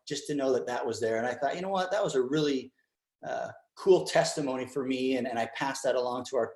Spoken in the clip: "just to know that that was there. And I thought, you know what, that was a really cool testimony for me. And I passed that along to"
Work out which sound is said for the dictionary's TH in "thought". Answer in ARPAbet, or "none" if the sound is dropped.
TH